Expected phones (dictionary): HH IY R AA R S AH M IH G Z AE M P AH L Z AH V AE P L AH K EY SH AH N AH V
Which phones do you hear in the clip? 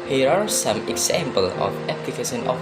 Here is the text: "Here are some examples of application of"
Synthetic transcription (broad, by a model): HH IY R AA R S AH M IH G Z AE M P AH L AH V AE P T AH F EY S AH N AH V